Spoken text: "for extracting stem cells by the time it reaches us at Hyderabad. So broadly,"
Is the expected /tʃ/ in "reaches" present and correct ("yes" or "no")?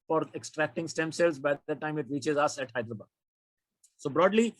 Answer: yes